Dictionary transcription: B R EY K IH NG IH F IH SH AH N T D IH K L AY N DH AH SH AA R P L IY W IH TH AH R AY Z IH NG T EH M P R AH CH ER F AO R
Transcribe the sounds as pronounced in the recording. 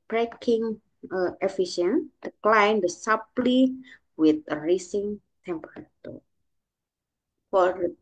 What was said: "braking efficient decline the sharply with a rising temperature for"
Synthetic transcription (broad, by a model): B R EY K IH NG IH F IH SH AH N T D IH K L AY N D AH S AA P L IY W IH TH AH R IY S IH NG T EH M P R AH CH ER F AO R